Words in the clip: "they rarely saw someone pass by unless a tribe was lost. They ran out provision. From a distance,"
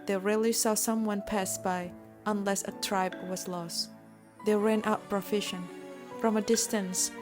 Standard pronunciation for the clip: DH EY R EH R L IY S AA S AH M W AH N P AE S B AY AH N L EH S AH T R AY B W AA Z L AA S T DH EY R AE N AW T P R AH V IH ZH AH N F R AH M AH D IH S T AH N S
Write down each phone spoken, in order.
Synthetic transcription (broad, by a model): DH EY R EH L IY S AA S AH M W AH N P AE S B AY AH N L EH S AH T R AY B W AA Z L AA S T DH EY R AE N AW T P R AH F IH SH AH N F R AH M AH D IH S T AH N S